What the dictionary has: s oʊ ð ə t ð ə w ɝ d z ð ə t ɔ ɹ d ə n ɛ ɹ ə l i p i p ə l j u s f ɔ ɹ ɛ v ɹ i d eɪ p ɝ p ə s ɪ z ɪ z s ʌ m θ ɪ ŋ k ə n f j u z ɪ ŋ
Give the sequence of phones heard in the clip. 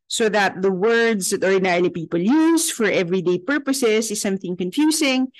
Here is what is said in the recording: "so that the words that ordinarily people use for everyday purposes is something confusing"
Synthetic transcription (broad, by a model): s oʊ ð ə t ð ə w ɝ d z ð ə t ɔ ɹ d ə n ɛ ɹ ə l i p i p ə l j u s f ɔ ɹ ɛ v ɹ i d eɪ p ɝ p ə s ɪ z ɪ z s ʌ m θ ɪ ŋ k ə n f j u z ɪ ŋ